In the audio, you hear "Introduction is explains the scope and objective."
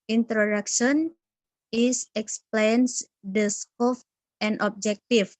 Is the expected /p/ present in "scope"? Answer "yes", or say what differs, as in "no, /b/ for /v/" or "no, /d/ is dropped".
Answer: no, /f/ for /p/